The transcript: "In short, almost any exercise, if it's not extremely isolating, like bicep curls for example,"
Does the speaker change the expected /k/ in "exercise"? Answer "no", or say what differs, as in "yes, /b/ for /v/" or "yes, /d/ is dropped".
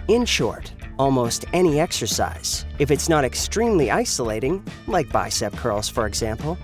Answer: no